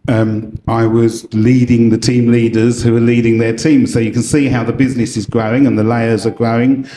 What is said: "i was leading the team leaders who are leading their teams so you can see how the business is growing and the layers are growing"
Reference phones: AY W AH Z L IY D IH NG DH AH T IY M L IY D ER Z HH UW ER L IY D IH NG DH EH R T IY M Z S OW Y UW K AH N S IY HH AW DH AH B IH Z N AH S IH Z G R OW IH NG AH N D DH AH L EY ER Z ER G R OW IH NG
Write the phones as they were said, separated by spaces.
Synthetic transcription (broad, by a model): AY W AH Z L IY D IH NG DH AH T IY M L IY D ER Z HH UW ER L IY D IH NG DH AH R T IY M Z S OW Y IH K AH N S IY HH AW DH AH B IH Z N AH S IH Z G R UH IH NG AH N DH AH L EY ER Z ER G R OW IH NG